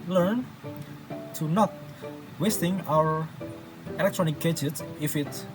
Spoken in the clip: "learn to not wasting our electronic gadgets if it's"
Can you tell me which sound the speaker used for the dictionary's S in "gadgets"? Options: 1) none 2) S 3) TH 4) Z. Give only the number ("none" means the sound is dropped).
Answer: 1